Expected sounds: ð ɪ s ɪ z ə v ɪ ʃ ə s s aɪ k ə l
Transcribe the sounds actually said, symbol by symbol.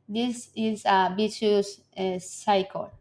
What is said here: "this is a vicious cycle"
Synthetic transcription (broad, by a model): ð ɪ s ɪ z ə b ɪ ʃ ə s s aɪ k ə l